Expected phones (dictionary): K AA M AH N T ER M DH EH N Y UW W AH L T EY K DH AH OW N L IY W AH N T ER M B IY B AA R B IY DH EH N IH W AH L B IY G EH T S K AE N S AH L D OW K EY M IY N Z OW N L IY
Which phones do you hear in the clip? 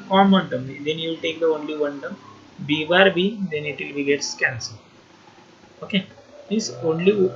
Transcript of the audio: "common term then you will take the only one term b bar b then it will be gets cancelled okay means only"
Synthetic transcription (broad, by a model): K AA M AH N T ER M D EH N Y UW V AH L T EY K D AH OW N L IY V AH N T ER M B IY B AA R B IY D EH N IH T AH L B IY G EH T S K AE N S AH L OW K EY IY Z OW N L IY